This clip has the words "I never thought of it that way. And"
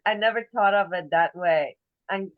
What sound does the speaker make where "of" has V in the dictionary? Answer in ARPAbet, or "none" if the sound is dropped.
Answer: V